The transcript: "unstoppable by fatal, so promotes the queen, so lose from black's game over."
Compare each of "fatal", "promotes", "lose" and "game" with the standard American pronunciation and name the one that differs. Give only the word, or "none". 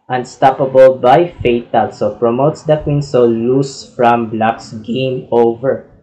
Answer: lose